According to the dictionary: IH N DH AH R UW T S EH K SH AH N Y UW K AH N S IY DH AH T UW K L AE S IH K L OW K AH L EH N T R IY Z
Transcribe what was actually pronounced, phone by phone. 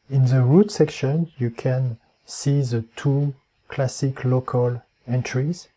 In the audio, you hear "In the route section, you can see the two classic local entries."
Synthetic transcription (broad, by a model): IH N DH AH R UW T S EH K SH AH N Y UW K AH N S IY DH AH T UW K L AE S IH K L OW K AH L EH N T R IY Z